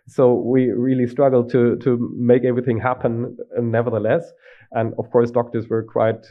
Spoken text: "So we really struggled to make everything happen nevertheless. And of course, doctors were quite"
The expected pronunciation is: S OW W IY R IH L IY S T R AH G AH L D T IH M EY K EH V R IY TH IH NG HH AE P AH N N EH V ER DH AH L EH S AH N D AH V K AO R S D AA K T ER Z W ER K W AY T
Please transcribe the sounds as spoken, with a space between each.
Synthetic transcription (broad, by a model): S OW W IY R IH L IY S T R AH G L D T IH M EY K EH V R IY TH IH NG HH AE P AH N N EH V ER DH AH L EH S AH N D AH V K AO R S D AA K T ER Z W ER K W AY T